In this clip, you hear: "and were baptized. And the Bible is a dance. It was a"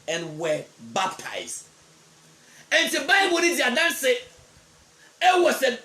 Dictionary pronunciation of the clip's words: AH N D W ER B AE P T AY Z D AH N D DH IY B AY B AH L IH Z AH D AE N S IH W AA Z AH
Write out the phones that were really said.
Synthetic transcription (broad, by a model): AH N W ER B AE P T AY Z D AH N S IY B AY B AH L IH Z AH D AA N S IH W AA S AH